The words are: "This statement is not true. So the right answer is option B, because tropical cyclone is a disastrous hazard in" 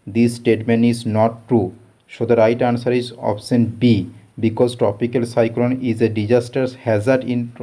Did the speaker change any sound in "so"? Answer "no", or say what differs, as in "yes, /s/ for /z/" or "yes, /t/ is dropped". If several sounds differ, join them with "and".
yes, /ʃ/ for /s/